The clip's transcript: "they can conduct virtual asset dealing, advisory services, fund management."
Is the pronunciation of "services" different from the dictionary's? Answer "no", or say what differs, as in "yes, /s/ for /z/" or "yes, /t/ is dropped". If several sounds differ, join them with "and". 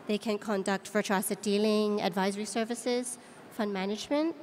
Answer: no